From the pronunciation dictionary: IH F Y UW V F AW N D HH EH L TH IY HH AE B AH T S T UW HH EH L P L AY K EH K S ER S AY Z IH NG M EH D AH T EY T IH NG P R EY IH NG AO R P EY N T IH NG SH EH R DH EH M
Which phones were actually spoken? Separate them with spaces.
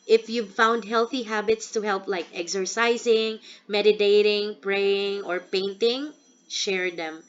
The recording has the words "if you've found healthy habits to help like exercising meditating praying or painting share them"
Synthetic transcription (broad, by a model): IH F Y UW V F AW N D HH EH L TH IY HH AE B AH T S T UW HH EH L P L AY K EH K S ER S AY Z IH NG M EH D AH T EY T IH NG P R EY IH NG AO R P EY N T IH NG SH EH R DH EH M